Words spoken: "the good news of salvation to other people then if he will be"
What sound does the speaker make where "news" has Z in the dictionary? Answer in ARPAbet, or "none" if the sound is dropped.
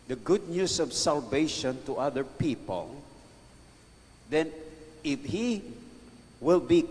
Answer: S